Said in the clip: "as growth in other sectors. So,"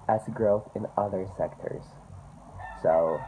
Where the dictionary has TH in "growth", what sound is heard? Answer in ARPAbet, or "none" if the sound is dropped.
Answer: TH